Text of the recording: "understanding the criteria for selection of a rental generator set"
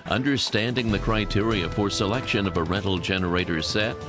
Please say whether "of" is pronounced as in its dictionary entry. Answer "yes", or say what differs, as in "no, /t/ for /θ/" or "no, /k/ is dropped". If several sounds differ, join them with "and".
yes